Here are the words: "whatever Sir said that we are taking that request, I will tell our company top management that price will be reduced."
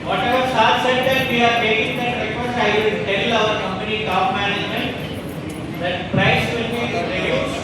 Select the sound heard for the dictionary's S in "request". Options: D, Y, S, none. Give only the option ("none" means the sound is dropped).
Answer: none